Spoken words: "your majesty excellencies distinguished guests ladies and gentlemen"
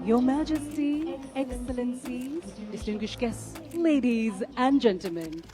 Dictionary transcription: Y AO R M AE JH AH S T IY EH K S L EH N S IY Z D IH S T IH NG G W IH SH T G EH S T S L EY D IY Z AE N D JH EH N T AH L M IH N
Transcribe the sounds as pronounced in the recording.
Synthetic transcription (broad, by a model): Y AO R M AE JH AH S T IY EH K S L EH N S IY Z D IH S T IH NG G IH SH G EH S S L EY D IY Z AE N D JH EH N T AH L M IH N